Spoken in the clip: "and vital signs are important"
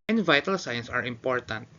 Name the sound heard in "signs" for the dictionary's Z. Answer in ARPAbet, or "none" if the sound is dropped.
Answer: S